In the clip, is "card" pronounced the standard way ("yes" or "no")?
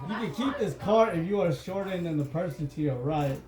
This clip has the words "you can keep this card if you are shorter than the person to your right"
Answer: no